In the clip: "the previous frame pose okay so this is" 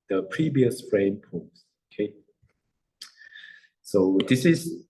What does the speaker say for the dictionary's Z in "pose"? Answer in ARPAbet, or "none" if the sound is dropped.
S